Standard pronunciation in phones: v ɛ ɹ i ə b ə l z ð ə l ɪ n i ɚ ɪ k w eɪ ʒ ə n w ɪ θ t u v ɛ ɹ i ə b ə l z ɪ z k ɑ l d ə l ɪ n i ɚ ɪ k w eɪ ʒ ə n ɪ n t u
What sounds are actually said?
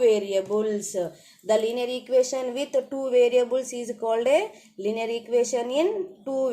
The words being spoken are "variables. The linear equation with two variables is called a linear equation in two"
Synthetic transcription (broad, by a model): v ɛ ɹ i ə b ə l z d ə l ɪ n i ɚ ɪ k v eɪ ʃ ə n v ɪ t t u v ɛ ɹ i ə b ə l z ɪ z k ɑ l d ə l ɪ n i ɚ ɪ k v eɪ ʃ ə n ɪ n t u